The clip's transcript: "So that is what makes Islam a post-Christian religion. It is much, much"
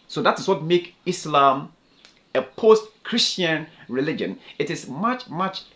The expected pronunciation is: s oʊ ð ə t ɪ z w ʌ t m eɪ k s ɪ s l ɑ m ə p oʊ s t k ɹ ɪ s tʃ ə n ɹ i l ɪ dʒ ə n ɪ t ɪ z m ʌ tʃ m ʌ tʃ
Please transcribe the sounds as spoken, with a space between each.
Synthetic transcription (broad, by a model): s oʊ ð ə t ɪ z w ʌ t m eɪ k ɪ s l ɑ m ə p oʊ s t k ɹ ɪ s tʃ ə n ɹ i l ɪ dʒ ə n ɪ t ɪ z m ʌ tʃ m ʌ tʃ